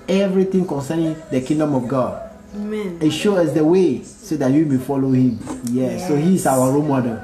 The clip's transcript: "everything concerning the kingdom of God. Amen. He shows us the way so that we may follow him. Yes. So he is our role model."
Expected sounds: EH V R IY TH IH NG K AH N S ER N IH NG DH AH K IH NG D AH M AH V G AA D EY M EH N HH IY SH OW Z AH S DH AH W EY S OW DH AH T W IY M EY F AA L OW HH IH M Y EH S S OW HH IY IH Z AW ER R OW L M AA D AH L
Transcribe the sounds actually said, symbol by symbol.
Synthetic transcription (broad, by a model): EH V R IY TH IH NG K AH N S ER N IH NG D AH K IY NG D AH M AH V G AA D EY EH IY SH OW AH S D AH W EY S OW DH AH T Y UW M EY F AA L OW HH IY M Y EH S S OW HH IY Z AW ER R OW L M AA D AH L